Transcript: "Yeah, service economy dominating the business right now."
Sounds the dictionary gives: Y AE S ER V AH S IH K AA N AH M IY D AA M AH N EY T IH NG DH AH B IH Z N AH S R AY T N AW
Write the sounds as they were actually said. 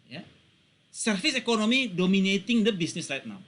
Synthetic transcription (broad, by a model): Y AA S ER F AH S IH K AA N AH M IY D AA M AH N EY T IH NG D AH B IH S N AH S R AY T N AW